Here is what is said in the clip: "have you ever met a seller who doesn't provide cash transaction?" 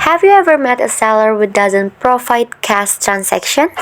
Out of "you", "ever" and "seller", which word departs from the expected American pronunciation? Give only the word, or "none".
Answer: none